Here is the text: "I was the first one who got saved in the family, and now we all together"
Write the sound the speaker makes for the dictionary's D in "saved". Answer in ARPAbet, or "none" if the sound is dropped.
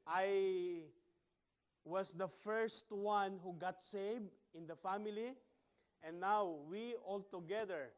none